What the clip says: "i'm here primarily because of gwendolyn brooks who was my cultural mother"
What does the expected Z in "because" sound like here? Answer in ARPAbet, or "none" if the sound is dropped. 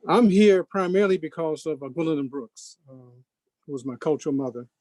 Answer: Z